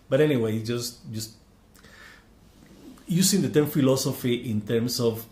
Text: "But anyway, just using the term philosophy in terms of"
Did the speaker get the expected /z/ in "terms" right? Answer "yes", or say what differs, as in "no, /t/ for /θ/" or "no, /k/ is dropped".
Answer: no, /s/ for /z/